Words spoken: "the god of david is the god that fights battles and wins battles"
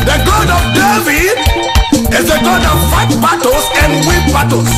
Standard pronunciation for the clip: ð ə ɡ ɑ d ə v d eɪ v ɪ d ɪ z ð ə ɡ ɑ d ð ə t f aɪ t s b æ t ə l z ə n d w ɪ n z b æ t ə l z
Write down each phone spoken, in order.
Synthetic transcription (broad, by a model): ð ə ɡ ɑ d ə v d eɪ v ɪ d ɪ z ð ə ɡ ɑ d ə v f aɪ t b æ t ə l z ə n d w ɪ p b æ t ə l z